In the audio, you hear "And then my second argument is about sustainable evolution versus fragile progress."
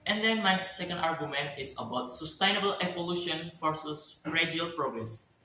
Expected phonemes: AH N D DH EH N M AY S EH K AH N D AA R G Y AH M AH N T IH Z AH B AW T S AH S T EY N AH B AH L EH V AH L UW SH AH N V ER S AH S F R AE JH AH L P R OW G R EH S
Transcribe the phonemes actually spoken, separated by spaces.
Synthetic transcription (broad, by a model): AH N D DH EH N M AY S EH K AH N D AA R G Y AH M AH N T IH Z AH B AW T S AH S T EY N AH B AH L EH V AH L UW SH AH N F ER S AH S R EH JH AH L P R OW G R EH S